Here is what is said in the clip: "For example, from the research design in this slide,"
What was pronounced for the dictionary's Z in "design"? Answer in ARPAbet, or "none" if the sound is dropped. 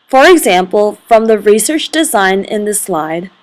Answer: Z